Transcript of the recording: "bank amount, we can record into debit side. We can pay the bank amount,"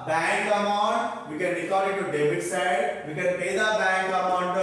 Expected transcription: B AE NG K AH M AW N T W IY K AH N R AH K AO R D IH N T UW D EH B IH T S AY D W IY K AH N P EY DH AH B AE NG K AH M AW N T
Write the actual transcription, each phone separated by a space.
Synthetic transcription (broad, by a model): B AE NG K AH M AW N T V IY K AH N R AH K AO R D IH T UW D EH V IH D S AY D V IY K AH N P EY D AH B AE NG K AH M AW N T